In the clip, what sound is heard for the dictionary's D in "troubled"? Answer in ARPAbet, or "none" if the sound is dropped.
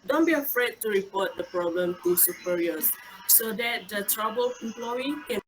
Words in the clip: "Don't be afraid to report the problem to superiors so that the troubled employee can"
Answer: none